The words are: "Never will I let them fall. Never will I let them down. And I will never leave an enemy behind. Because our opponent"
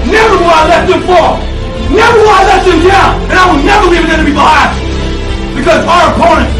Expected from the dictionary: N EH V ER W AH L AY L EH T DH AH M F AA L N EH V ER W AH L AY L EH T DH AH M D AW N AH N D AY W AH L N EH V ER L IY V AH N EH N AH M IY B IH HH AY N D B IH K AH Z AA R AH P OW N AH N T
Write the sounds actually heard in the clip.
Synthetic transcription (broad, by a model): N EH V ER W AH AY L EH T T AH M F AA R N EH V ER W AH AY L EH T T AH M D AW AH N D AY W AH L N EH V ER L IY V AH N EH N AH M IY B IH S B IH K AH Z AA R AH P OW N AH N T